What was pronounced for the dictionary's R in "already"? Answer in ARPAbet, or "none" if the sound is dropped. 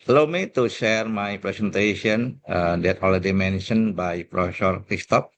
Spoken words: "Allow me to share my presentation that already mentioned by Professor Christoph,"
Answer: L